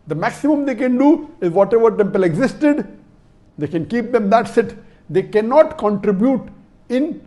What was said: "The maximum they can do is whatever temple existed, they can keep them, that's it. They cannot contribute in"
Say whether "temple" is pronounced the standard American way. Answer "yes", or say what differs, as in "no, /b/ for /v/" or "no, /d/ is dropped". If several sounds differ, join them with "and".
yes